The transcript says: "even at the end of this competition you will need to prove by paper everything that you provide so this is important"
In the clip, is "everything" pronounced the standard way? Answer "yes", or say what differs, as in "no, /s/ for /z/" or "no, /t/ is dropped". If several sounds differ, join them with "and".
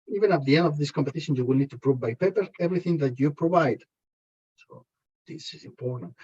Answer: yes